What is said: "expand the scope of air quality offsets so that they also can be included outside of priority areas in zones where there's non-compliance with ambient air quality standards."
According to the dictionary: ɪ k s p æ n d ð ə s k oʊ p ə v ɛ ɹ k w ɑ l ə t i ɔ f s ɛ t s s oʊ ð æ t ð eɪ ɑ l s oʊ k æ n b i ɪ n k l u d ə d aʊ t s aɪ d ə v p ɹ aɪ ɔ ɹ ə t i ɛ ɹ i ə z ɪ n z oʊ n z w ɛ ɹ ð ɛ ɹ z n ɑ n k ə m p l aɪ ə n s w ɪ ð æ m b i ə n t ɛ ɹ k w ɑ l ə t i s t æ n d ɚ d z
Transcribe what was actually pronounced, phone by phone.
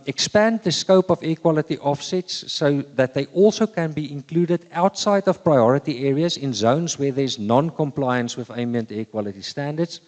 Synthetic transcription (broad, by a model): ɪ k s p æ n d ð ə s k oʊ p ə v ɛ k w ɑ l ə t i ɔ f s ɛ t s s oʊ ð æ t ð eɪ ɑ l s oʊ k æ n b i ɪ n k l u d ə d aʊ t s aɪ d ə v p ɹ aɪ ɔ ɹ ə t i ɛ ɹ i ə z ɪ n z oʊ n z w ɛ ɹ ð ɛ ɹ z n ɑ n k ə m p l aɪ ə n s w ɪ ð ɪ m i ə n t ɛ k w ɑ l ə t i s t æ n d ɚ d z